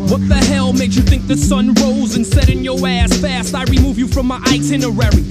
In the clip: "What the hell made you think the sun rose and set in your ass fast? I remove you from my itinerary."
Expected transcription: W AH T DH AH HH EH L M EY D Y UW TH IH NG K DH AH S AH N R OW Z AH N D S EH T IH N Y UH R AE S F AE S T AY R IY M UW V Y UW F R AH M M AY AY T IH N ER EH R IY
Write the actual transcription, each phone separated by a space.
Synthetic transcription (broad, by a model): W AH T DH AH HH EH L M EY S Y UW TH IH NG K DH AH S AH N R OW Z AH N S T EH T IH N Y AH R AE S F AE S T AY R IY M UW V Y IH F R AH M M AY AY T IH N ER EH R IY